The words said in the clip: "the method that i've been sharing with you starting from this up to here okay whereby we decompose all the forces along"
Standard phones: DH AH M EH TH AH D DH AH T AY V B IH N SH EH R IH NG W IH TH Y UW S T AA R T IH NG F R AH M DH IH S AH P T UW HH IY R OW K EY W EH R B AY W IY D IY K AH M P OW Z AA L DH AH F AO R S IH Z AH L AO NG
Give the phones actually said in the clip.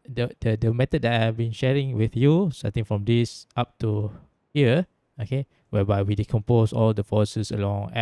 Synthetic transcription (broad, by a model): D AH M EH T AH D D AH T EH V B IH N SH EH R IH NG W IH TH Y UW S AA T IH NG F R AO M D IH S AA P T UW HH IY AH OW K EY W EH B AY W IY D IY K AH M P OW S AA L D AH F AO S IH S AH L AO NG